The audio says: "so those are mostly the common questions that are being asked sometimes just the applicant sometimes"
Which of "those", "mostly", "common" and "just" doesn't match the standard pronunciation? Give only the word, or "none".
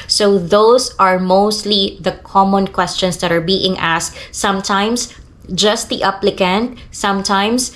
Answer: those